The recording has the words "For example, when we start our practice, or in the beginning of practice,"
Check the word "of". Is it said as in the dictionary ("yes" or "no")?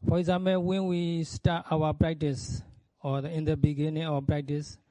no